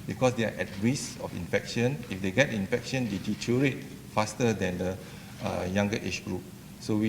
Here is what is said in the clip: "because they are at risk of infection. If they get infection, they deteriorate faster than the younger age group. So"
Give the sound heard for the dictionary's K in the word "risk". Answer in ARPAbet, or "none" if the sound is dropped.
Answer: none